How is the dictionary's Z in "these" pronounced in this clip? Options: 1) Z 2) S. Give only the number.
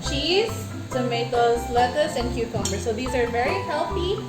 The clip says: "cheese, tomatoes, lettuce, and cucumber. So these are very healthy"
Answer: 1